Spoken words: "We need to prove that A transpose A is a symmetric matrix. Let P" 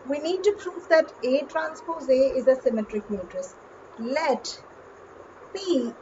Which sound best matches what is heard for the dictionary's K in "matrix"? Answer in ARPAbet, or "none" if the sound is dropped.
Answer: none